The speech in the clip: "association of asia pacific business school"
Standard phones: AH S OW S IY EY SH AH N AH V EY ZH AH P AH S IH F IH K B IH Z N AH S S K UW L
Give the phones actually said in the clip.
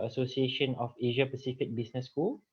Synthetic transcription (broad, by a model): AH S OW S IY EY SH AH N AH F EY ZH AH P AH S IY F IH K B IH S N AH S S K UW L